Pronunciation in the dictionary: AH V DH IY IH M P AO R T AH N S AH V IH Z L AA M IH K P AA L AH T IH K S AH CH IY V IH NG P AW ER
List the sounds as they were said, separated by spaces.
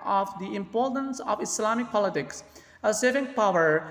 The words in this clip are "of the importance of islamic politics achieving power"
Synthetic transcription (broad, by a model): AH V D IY IH M P AO R T AH N S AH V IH S L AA M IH K P AA L AH T IH K S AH S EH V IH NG P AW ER